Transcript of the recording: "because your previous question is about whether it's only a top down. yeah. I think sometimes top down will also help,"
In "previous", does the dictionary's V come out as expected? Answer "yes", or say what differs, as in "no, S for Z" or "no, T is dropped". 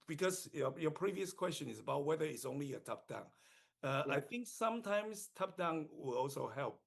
yes